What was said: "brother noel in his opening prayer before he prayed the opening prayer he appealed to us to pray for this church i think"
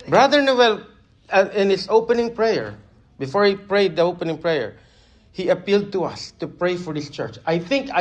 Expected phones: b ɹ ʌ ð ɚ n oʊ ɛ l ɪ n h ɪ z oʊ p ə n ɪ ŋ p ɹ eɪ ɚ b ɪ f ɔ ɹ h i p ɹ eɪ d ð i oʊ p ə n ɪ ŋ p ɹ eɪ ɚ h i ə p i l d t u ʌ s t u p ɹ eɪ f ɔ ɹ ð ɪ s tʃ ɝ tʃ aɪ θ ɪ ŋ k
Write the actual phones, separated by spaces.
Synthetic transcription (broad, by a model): b ɹ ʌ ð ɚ n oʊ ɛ l ɪ n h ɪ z oʊ p ə n ɪ ŋ p ɹ eɪ ɚ b ɪ f ɔ ɹ h i p ɹ eɪ d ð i oʊ p ə n ɪ ŋ p ɹ eɪ ɚ h i ə p i l d t u ʌ s t u p ɹ eɪ f ɔ ɹ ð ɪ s tʃ ɝ tʃ aɪ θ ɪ ŋ k